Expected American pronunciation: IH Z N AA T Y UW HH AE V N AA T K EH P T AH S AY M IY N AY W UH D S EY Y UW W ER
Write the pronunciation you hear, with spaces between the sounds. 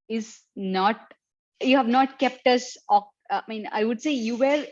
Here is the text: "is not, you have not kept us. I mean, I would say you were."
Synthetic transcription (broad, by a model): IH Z N AA T Y UW HH AE V N AA T K EH P T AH S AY M IY N AY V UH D S EY Y UW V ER